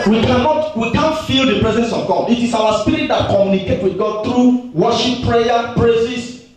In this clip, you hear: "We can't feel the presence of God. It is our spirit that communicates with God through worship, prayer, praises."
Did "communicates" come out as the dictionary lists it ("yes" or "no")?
no